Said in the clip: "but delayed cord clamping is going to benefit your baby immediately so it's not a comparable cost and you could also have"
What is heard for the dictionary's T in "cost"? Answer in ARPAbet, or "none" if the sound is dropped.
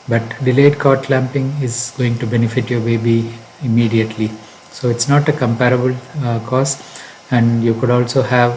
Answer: none